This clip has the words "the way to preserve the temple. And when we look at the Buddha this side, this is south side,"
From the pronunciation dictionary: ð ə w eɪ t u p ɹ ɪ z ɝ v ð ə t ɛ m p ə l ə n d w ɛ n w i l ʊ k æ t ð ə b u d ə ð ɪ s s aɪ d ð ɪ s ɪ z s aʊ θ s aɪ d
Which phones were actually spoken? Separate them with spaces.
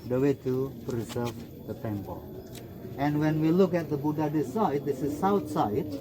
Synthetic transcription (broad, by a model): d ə w eɪ t u p ɹ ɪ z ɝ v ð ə t ɛ m p ə l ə n w ɛ n w i l ʊ k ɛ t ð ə b u d ə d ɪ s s aɪ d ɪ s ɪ s aʊ t s aɪ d